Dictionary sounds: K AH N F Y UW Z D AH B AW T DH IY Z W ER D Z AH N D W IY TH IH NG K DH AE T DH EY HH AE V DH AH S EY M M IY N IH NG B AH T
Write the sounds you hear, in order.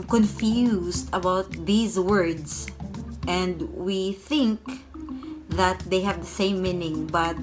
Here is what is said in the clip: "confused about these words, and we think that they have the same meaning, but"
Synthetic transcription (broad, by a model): K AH N F Y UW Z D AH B AW T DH IY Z W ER D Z AH N D W IY TH IH NG K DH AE T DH EY HH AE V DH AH S EY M M IY N IH NG B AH T